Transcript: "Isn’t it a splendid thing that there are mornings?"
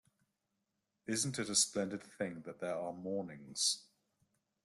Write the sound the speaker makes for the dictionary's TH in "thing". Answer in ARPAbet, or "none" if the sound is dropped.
TH